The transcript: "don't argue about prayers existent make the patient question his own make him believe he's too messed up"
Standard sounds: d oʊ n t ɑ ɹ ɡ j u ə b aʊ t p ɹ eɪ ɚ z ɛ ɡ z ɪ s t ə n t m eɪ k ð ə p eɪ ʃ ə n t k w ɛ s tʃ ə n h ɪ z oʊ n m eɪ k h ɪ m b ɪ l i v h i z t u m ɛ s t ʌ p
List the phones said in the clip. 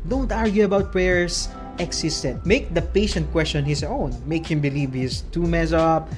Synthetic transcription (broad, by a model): d oʊ n t ɑ ɹ ɡ j u ə b aʊ t p ɹ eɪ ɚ s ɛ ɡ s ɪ s t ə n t m eɪ k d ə p eɪ ʃ ə n t k w ɛ s tʃ ə n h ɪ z oʊ n m eɪ k h ɪ m b ɪ l i v h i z t u m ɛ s ʌ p